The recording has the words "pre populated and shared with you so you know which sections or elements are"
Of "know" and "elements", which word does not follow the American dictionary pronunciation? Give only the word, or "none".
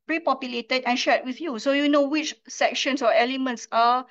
none